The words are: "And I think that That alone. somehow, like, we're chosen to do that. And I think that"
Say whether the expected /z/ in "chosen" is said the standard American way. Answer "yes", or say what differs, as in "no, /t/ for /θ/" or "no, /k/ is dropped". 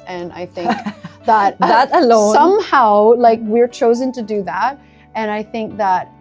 yes